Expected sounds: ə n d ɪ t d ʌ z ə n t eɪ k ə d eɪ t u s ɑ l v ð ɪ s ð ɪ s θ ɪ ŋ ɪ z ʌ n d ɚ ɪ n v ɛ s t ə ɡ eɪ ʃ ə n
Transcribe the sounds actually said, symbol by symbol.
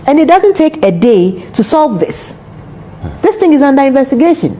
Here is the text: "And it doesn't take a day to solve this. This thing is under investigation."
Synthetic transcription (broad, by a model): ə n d ɪ t d ʌ z ə n t eɪ k ə d eɪ t u s ɑ l v ð ɪ s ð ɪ s θ ɪ ŋ ɪ z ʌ n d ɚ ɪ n v ɛ s t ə ɡ eɪ ʃ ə n